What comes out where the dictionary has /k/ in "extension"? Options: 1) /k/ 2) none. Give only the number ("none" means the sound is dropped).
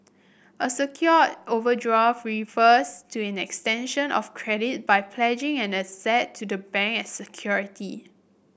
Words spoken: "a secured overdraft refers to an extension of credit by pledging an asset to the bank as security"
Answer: 1